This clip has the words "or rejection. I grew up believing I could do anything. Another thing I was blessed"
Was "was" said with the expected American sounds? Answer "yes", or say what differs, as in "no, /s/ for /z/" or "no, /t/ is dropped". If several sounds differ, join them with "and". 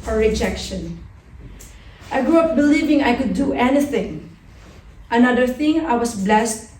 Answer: no, /s/ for /z/